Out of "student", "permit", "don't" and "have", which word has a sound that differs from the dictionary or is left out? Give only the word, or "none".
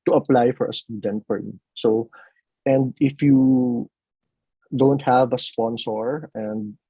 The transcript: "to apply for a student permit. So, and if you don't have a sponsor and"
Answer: permit